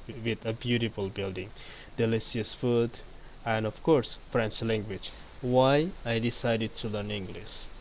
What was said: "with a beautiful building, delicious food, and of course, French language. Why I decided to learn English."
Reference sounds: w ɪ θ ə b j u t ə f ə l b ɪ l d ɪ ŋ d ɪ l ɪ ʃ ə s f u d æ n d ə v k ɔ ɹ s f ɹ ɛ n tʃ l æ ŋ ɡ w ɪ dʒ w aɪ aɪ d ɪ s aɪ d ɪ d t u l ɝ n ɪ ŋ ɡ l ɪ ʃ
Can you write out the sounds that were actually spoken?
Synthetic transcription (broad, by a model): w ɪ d ə b j u t ə f ə l b ɪ l d ɪ ŋ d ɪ l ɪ s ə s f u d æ n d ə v k ɔ ɹ s f ɹ ɛ n tʃ l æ ŋ ɡ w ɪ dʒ w aɪ aɪ d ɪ s aɪ d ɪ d t u l ɝ n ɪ ŋ ɡ l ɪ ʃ